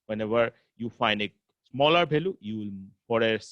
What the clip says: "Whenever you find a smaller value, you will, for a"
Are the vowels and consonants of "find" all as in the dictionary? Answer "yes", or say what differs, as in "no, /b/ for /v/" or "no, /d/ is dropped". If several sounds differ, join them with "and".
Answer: yes